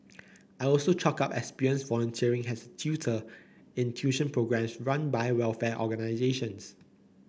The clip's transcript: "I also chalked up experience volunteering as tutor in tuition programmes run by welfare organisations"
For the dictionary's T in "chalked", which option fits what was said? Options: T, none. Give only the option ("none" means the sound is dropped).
none